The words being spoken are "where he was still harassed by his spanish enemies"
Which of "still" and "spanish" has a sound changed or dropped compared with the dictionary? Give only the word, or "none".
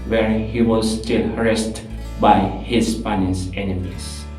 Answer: spanish